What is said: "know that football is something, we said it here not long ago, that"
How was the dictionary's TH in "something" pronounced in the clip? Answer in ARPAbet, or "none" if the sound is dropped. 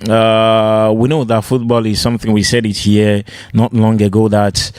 TH